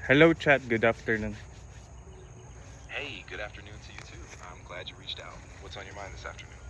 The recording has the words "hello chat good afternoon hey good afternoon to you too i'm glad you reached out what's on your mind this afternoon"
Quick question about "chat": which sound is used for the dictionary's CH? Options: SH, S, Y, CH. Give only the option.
CH